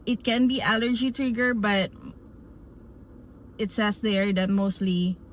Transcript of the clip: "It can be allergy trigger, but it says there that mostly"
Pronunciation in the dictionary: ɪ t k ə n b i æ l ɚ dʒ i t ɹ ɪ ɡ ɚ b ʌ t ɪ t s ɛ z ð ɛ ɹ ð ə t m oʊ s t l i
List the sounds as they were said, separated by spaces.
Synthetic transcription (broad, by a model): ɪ t k ə n b i æ l ɚ dʒ i t ɹ ɪ ɡ ɚ b ʌ t ɪ t s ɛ s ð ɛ ɹ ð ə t m oʊ s t l i